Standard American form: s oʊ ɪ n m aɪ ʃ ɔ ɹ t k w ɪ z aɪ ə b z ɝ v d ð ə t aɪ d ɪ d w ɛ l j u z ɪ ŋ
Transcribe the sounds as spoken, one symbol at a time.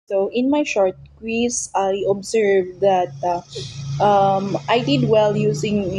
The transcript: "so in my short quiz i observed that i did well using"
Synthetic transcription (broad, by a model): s oʊ ɪ n m aɪ ʃ ɔ ɹ t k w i s aɪ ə b s ɝ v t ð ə t aɪ d ɪ d w ɛ l j u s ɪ ŋ